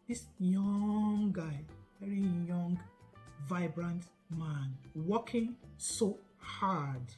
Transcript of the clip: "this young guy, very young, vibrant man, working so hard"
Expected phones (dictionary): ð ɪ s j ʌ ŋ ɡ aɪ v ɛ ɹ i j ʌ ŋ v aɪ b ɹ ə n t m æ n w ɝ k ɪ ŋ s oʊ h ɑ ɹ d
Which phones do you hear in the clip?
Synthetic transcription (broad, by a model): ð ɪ s j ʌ ŋ ɡ aɪ v ɛ ɹ i j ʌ ŋ v aɪ b ɹ ə n t m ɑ n w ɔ k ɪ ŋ s oʊ h ɑ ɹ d